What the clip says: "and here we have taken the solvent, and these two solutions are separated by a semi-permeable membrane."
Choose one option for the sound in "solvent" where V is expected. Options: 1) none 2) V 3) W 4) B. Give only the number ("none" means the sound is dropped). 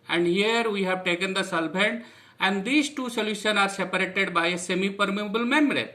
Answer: 4